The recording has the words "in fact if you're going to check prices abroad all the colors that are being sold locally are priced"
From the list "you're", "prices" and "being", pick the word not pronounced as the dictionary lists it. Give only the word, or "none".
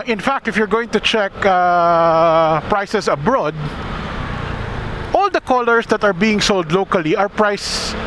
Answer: prices